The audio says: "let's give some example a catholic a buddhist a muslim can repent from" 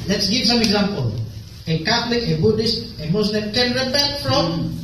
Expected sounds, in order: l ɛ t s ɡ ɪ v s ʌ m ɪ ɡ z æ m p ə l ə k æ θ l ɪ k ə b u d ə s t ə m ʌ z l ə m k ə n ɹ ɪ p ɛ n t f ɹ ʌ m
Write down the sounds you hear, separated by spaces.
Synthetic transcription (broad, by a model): l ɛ t s ɡ ɪ v s ʌ m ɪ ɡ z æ m p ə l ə k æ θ l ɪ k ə b u d ə s t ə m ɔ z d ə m k ə n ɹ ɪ b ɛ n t f ɹ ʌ m